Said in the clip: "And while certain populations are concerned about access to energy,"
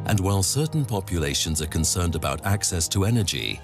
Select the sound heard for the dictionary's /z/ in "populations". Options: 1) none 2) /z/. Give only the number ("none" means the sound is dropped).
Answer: 2